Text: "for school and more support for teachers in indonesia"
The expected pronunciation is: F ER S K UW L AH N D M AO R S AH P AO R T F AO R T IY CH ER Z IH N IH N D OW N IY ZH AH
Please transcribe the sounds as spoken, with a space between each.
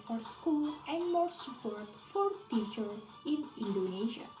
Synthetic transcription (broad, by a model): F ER S K UW L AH N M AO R S AH P AO R T F AO R T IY CH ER IH N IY N D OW N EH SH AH